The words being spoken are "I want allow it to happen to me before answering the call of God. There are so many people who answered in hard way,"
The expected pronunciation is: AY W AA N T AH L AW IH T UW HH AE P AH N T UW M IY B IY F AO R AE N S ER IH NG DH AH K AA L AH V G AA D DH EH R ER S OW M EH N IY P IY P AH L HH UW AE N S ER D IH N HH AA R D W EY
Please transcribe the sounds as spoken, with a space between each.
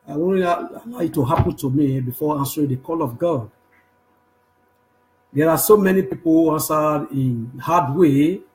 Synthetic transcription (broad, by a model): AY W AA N AH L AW IH T UW HH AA P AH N T UW M IY B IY F AO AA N S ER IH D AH K AA L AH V G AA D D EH R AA S OW M EH N IY P IY P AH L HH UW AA N S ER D IH N HH AA D W EY